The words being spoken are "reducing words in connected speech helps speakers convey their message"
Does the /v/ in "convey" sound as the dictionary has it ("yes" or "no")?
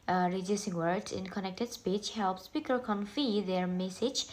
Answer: no